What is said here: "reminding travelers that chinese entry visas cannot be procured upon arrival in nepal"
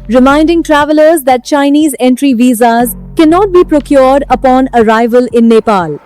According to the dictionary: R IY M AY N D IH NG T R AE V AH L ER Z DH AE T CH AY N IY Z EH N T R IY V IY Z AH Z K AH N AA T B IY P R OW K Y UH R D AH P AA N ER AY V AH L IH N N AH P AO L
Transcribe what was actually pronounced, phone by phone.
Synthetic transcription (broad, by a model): R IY M AY N D IH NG T R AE V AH L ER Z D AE T CH AY N IY Z EH N T R IY V IY Z AH Z K AH N AA T B IY P R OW K Y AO R D AH P AA N ER AY V AH L IH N N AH P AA L